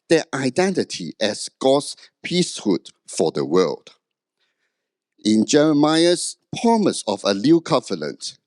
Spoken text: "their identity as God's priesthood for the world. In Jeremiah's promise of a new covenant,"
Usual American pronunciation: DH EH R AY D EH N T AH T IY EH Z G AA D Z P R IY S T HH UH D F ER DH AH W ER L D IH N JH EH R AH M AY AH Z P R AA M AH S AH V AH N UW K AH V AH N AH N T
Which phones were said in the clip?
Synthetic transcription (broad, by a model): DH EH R AY D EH N T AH T IY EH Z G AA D S P IY S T HH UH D F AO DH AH W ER L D IH N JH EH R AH M AY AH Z P R AA M AH S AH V AH L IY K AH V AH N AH N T